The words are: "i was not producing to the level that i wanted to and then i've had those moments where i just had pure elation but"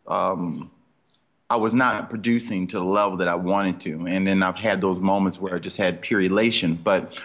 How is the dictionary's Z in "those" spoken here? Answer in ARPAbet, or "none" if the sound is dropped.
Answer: Z